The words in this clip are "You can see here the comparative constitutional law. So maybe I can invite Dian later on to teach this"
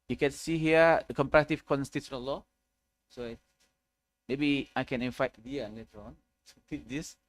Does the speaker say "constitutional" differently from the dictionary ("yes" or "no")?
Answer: yes